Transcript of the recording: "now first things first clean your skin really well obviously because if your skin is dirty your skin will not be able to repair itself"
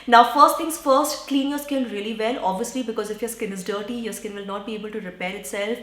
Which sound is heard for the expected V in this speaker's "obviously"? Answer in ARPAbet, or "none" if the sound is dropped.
V